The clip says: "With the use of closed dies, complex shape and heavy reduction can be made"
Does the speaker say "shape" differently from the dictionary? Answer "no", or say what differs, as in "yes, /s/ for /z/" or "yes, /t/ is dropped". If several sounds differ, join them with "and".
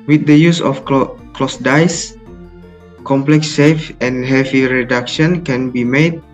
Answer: yes, /f/ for /p/